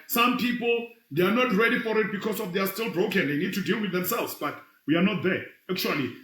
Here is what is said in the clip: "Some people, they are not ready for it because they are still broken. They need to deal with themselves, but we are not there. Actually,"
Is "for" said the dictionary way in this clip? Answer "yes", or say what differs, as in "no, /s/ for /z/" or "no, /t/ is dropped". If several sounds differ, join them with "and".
yes